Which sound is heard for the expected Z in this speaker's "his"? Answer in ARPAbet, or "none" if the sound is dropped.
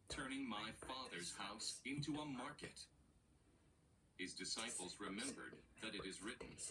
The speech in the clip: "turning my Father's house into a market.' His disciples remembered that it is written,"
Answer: Z